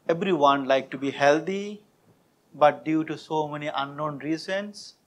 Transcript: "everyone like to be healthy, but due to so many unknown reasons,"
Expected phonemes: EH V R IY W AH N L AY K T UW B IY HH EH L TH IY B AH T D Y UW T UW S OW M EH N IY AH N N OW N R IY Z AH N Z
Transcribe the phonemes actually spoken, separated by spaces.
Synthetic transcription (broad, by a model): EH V R IY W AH N L AY K T UW B IY HH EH L T IY B AH T D Y UW T UW S OW M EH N IY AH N N OW N R IY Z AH N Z